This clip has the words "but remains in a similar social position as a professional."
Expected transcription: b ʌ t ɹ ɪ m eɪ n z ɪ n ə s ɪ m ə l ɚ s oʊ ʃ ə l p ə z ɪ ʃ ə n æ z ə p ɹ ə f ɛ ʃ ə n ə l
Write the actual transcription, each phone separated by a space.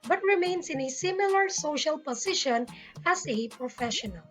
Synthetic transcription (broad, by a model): b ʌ t ɹ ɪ m eɪ n s ɪ n ə s ɪ m ə l ɚ s oʊ ʃ ə l p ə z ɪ ʃ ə n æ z ə p ɹ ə f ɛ ʃ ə n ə l